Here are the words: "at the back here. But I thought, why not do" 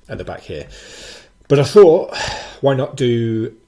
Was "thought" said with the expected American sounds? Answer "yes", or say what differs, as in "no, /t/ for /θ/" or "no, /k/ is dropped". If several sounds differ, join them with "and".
yes